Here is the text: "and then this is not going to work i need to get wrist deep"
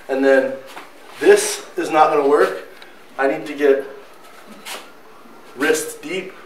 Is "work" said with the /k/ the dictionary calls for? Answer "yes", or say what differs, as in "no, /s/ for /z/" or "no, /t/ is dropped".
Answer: yes